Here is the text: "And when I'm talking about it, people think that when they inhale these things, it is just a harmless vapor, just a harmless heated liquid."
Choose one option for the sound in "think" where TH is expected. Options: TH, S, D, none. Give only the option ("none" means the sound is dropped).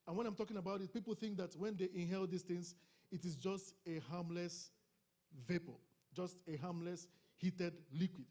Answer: TH